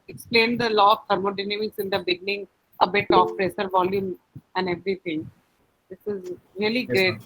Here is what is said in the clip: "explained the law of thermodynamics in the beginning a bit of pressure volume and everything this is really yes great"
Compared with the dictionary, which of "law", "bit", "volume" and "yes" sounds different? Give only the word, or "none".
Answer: yes